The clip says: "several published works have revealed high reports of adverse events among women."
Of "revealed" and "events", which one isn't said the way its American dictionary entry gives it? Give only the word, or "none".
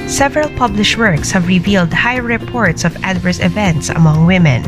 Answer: none